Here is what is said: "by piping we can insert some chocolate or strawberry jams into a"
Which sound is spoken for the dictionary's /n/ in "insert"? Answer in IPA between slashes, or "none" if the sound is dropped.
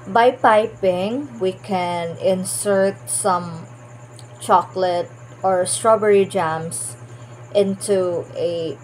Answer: /n/